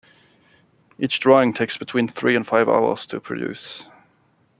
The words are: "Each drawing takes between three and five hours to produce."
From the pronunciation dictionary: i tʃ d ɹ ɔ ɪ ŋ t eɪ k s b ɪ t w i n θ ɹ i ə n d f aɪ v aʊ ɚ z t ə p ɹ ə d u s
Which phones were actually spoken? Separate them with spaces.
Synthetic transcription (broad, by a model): i tʃ d ɹ ɔ ɪ ŋ t eɪ k s b ɪ t w i n θ ɹ i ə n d f aɪ v aʊ ɚ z t ə p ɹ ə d u s